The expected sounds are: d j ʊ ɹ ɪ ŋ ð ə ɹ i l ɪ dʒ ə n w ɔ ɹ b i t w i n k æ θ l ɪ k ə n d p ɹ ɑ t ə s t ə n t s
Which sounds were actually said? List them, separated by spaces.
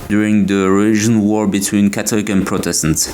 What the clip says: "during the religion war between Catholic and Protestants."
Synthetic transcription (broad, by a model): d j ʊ ɹ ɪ ŋ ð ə ɹ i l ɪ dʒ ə n w ɔ ɹ b i t w i n k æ t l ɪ k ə n p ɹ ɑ t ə s t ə n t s